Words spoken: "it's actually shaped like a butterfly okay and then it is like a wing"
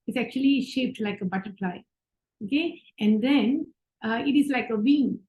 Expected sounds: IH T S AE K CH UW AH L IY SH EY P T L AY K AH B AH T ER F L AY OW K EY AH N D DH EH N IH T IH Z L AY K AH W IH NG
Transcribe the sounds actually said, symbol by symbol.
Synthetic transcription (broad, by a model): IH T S AE K CH UW AH L IY SH EY P T L AY K AH B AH T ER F L AY OW K EY AH N D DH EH N IH T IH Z L AY K AH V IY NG